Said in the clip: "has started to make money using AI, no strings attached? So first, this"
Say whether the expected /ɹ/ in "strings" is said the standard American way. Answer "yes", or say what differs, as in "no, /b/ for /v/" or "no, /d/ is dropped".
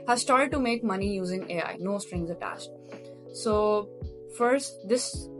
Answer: yes